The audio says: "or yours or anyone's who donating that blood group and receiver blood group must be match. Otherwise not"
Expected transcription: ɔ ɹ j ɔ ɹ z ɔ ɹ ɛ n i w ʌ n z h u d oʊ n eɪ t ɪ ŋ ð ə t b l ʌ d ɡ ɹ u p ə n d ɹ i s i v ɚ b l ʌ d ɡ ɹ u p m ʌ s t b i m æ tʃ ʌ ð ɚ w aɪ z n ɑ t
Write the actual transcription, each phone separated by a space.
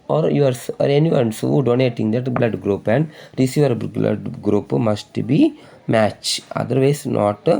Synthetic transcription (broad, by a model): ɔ ɹ j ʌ ɹ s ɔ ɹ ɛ n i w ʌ n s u d oʊ n eɪ t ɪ ŋ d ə t b l ʌ d ɡ ɹ u p ə n d ɹ i s i v ɚ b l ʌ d ɡ ɹ u p m ʌ s t b i m æ tʃ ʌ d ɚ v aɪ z n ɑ t